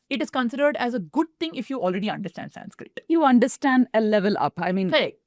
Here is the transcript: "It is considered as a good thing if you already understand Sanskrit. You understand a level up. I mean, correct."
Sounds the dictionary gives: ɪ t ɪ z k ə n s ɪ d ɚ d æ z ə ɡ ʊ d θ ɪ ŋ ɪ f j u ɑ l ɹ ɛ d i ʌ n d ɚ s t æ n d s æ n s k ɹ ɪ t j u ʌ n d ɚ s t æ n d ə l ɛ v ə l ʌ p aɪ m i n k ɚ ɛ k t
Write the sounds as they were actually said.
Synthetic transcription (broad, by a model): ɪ t ɪ z k ə n s ɪ d ɚ d æ z ə ɡ ʊ d t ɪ ŋ ɪ f j u ɑ l ɹ ɛ d i ʌ n d ɚ s t æ n d s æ n s k ɹ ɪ t j u ʌ n d ɚ s t æ n d ə l ɛ v ə l ʌ p aɪ m i n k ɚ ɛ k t